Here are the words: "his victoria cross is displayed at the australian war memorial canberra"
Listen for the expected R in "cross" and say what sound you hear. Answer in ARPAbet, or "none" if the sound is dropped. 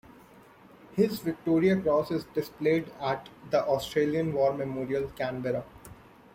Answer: R